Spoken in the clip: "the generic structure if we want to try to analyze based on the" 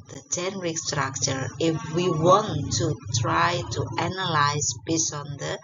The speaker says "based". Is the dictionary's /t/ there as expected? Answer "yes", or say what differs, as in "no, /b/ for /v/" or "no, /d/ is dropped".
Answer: no, /t/ is dropped